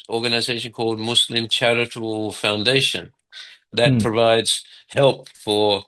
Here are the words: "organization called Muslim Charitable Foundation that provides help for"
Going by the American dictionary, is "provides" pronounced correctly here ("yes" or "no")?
yes